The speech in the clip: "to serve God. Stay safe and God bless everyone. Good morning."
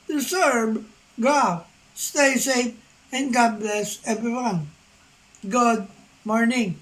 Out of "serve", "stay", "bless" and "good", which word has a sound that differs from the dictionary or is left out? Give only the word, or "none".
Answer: serve